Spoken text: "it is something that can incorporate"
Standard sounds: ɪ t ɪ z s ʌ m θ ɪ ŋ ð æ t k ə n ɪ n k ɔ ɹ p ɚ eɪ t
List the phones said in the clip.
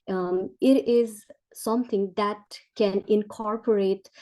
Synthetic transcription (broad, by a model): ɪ t ɪ z s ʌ m t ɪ ŋ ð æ t k ə n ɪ n k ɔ ɹ p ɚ eɪ t